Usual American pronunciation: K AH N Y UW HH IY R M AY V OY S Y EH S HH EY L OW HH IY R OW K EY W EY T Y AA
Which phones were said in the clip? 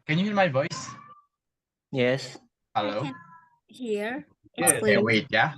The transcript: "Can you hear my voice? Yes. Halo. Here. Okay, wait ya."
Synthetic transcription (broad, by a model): K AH N Y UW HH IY M AY V OY S Y EH S HH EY L OW HH IY R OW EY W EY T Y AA